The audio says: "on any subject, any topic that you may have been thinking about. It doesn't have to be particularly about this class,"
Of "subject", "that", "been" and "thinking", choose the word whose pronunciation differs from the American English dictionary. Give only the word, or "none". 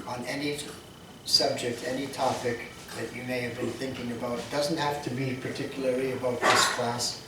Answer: none